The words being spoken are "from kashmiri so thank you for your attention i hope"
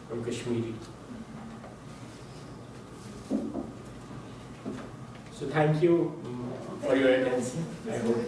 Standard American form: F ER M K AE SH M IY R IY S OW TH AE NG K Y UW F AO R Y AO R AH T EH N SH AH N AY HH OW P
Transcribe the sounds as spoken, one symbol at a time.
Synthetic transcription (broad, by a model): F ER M K AE SH M IY R IY S OW T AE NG K Y UW F AO R Y AO R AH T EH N S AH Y HH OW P